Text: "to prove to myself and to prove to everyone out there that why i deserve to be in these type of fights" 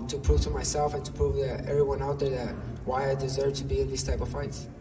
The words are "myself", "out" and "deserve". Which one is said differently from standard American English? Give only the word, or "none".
none